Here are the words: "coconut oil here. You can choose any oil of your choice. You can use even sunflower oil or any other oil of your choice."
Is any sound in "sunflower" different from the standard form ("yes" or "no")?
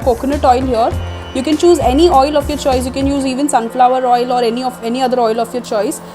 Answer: no